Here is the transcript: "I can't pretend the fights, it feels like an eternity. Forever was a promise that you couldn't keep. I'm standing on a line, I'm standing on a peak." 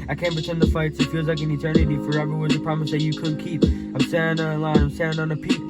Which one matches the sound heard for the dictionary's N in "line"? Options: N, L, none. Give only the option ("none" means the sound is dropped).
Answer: none